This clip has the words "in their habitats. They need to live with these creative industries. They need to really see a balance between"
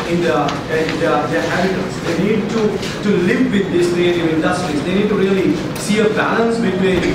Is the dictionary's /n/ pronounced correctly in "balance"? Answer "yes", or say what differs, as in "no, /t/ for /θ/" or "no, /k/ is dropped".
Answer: yes